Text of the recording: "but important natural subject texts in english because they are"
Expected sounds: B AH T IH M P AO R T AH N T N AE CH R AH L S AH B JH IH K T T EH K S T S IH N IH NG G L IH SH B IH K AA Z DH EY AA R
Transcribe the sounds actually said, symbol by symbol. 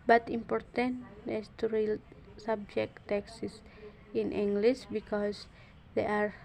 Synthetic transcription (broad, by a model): B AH T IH M P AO R T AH N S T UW R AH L S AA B JH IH K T T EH K S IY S IH N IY NG G L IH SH B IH K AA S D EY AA R